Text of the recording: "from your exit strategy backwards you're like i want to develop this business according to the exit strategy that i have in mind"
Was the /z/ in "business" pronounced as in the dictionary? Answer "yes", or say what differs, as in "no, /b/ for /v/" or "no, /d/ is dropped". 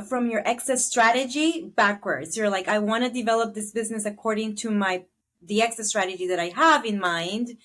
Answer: yes